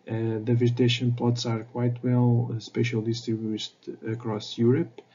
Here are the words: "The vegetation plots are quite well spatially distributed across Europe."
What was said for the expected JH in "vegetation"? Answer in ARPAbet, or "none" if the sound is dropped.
Z